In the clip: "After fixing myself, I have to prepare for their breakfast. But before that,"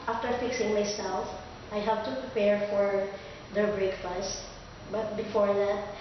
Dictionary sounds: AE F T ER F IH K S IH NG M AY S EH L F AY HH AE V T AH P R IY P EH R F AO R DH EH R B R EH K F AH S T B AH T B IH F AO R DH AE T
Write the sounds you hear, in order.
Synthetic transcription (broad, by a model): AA F T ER F IH K S IH NG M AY S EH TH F AY HH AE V T AH P R IY P EH R F AO R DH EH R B R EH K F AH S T B AH T B IH F AO R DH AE T